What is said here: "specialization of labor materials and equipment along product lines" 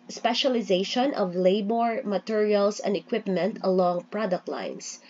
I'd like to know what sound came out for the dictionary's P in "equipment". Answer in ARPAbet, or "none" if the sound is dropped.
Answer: P